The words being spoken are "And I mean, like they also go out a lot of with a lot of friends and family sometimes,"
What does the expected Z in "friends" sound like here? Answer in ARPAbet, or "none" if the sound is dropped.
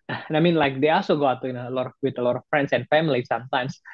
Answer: S